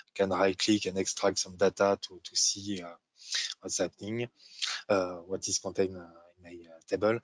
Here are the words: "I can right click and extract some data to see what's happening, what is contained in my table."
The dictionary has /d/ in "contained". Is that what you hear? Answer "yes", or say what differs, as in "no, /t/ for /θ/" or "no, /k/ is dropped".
no, /d/ is dropped